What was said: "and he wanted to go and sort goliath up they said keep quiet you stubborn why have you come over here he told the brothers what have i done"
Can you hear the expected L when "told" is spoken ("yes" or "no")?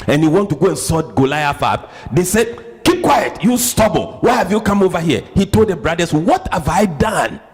yes